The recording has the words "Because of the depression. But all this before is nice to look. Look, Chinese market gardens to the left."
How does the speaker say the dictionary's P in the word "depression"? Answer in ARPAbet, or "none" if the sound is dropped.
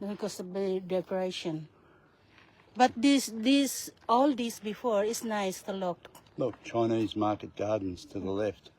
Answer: none